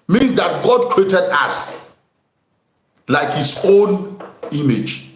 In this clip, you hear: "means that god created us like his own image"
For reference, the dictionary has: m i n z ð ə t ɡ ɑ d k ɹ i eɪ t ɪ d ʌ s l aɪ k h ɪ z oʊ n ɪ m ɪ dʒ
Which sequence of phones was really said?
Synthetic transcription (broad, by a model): m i n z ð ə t ɡ ɑ d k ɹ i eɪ t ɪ d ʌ s l aɪ k h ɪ s oʊ n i m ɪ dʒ